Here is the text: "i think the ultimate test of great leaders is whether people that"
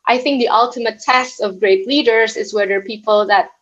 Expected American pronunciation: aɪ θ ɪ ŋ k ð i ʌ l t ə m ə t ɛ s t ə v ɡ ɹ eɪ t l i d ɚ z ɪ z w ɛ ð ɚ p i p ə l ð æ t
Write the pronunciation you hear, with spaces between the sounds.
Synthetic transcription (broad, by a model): aɪ θ ɪ ŋ k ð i ʌ l t ə m ə t ɛ s t ə v ɡ ɹ eɪ t l i d ɚ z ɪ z w ɛ ð ɚ p i p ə l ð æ t